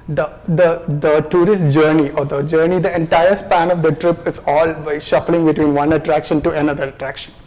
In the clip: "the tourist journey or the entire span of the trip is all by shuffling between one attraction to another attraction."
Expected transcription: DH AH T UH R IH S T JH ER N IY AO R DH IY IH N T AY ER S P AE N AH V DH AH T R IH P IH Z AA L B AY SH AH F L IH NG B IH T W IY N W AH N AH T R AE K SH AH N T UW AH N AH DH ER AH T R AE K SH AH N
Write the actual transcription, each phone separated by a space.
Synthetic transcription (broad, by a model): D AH T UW R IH S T JH ER N IY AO R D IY IH N T AY ER S P AE N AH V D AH T R IH P IH Z AA L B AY SH AH F L IH NG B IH T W IY N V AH N AH T R AE K SH AH N T UW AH N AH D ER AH T R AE K SH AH N